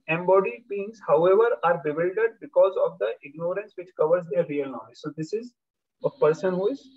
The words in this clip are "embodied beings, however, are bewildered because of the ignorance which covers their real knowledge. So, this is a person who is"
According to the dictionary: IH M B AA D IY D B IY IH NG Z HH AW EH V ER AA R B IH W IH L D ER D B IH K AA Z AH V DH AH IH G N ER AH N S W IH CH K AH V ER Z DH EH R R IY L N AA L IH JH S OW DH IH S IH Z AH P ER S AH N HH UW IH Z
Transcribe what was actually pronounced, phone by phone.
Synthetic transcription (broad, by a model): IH M B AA D IY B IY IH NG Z HH AW EH V ER AA R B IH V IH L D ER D B IH K AA Z AH V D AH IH G N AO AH N S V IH CH K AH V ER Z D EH R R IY L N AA IH Z S OW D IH S IH Z AH P ER S AH N HH UW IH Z